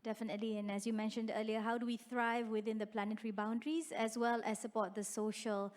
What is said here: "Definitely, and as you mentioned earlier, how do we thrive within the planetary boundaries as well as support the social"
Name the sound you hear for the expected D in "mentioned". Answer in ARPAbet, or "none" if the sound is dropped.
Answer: D